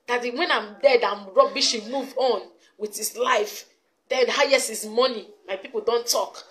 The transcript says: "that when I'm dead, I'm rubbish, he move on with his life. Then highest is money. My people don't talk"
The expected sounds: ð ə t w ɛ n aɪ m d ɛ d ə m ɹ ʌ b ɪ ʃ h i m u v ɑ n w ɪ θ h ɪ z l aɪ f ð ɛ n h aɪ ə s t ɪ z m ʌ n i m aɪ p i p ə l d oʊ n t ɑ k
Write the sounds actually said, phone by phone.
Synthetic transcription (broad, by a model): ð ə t w ɛ n aɪ m d ɛ d ə m ɹ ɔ b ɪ ʃ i m u v ɑ n w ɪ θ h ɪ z l aɪ f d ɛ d h aɪ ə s ɪ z m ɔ n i m aɪ p i p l d oʊ n t ɑ k